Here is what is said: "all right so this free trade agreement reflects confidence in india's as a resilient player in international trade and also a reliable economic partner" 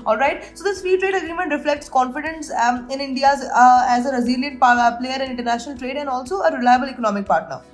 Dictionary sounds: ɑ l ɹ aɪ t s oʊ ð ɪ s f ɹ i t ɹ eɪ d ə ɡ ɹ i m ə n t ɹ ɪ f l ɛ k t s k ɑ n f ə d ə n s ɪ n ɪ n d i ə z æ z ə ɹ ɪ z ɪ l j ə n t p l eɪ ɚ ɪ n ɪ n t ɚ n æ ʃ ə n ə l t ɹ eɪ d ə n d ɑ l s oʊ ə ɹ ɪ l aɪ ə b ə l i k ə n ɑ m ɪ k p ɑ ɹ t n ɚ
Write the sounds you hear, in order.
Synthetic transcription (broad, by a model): ɑ l ɹ aɪ t s oʊ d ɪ s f i t ɹ eɪ d ə ɡ ɹ i m ə n t ɹ ɪ f l ɛ k t s k ɑ n f ə d ə n s ɪ n ɪ n d i ə z æ z ə ɹ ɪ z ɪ l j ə n t p l eɪ ɚ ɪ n ɪ n t ɚ n æ ʃ ə n ə l t ɹ eɪ d ə n d ɑ l s oʊ ə ɹ ɪ l aɪ ə b ə l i k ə n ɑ m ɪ k p ɑ ɹ t n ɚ